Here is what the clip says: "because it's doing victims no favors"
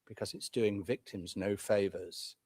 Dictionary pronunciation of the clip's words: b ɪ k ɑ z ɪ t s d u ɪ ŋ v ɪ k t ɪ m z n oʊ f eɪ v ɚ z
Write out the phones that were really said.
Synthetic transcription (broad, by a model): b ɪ k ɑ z ɪ t s d u ɪ ŋ v ɪ k t ɪ m z n oʊ f eɪ v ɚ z